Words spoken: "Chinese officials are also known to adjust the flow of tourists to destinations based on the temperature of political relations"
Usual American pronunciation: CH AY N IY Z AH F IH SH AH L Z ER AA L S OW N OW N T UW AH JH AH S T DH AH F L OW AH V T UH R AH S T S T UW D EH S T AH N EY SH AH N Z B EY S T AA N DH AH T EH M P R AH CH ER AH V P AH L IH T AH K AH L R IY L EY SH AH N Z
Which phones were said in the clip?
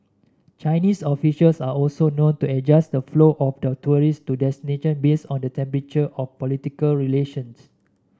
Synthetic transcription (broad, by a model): CH AY N IY S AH F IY SH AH L S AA AA L S OW N OW N T UW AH JH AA S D AH F L OW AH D T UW R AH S S T UW D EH S T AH N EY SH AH N B EY S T AA N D AH T EH M P R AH CH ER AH F P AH L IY T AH K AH L R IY L EY SH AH N S